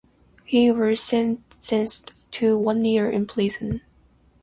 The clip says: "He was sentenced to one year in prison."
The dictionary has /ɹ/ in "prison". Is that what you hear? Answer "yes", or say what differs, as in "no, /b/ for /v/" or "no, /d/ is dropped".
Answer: no, /l/ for /ɹ/